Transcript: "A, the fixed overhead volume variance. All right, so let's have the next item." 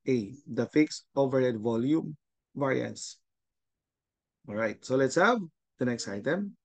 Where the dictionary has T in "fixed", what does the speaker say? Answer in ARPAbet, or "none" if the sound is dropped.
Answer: none